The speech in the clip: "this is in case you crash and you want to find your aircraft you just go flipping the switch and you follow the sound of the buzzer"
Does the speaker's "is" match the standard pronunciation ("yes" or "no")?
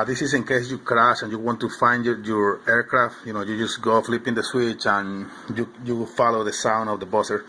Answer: no